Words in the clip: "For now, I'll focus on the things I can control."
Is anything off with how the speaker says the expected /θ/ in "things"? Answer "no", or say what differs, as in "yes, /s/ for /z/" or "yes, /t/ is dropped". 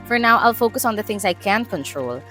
yes, /t/ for /θ/